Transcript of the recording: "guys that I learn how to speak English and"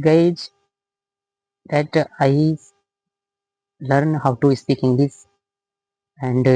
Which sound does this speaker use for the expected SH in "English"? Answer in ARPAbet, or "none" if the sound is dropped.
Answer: S